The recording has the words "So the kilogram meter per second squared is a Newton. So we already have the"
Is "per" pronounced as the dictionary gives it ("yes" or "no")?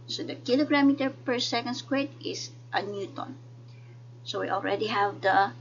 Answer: yes